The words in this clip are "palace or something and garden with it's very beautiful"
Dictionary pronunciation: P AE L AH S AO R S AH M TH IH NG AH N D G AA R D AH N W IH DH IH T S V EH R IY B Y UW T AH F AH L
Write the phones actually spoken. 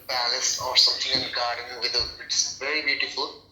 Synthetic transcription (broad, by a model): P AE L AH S AO R S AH M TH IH NG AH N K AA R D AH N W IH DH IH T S V EH R IY B Y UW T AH F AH L